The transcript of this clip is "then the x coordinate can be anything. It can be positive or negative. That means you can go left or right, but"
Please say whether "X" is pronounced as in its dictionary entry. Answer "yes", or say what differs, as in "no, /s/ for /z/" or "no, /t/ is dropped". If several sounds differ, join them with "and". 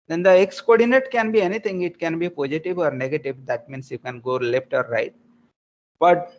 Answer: yes